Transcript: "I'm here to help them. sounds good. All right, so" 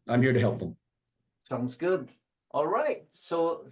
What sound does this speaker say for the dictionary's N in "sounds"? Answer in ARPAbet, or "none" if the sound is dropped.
N